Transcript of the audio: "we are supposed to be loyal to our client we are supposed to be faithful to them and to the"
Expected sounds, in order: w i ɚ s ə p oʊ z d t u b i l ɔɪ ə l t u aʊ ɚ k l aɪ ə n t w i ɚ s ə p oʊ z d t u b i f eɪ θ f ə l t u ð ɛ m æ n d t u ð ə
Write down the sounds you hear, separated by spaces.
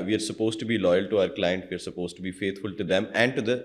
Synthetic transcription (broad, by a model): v i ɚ s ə p oʊ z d t u b i l ɔɪ ə l t u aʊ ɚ k l aɪ ə n t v i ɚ s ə p oʊ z t u b i f eɪ t f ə l t u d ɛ m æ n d t u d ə